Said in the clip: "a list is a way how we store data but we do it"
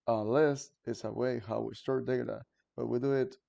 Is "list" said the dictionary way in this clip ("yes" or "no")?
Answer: yes